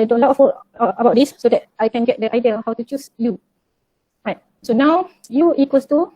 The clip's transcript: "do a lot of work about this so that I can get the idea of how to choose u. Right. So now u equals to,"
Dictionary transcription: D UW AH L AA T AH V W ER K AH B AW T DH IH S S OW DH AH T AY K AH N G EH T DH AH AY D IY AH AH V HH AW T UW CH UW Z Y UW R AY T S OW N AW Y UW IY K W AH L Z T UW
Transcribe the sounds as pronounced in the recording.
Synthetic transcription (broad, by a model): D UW AH L AA T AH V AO AH B AW T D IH S S OW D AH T AY K AH N G EH T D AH AY D IY AH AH HH AW T UW CH UW S Y UW R AY T S OW N AW Y UW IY K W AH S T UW